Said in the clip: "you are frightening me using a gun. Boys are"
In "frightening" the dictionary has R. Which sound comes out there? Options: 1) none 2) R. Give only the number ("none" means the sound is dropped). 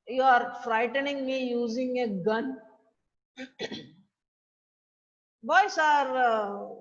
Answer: 2